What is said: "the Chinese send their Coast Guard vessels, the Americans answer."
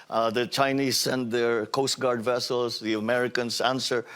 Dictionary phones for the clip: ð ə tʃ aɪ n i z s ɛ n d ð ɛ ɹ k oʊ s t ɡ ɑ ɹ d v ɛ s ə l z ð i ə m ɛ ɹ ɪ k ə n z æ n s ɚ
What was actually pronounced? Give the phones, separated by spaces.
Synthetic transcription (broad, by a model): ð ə tʃ aɪ n i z s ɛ n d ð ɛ ɹ k oʊ s t ɡ ɑ ɹ d v ɛ s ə l s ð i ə m ɛ ɹ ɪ k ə n s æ n s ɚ